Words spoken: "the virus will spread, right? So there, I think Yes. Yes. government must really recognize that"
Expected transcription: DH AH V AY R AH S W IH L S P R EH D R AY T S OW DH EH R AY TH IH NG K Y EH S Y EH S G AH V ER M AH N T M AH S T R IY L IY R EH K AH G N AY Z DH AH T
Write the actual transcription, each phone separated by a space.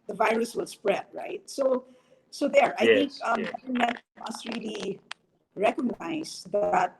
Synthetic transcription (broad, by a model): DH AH V AY R AH S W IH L S P R EH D R AY T S OW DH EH R AY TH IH NG K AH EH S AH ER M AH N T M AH S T R IY L IY R EH K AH G N AY S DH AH T